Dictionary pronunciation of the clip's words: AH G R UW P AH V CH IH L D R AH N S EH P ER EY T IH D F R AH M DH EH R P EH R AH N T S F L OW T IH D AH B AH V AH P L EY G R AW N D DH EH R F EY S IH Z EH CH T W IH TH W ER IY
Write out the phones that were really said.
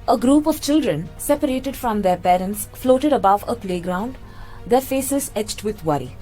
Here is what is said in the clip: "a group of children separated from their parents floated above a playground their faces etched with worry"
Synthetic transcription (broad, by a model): AH G R UW P AH V CH IH L D R AH N S EH P ER EY T IH D F R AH M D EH R P EH R AH N T S F L OW T IH D AH B AH V AH P L EY G R AW N D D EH R F EY S IH Z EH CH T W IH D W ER IY